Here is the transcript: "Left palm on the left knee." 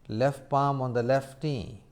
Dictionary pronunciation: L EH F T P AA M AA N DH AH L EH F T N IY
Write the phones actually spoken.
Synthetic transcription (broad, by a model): L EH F T P AA M AA N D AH L EH F T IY